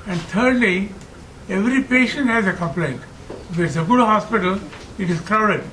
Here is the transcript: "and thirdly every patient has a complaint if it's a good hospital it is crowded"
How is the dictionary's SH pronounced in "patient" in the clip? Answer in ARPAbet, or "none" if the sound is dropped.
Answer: SH